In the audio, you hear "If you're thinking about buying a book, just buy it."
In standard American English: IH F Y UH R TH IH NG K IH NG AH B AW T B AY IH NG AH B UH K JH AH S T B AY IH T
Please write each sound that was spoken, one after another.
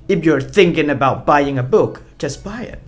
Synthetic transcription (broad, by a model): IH F Y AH R TH IH NG K IH NG AH B AW T B AY IH NG AH B UH K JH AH S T B AY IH T